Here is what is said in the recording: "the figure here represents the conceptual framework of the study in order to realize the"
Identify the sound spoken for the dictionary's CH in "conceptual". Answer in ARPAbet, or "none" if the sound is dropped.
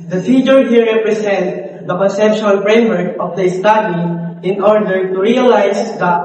SH